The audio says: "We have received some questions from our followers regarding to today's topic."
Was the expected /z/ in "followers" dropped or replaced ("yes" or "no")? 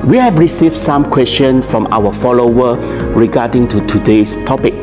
yes